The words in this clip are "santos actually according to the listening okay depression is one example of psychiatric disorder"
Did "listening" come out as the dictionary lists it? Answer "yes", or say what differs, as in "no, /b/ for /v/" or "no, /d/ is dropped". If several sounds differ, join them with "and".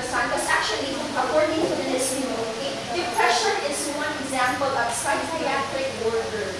no, /n/ is dropped